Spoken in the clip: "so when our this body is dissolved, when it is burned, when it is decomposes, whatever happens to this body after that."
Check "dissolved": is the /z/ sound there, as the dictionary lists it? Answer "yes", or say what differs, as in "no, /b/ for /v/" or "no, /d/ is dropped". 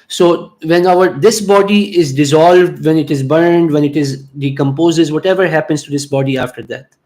yes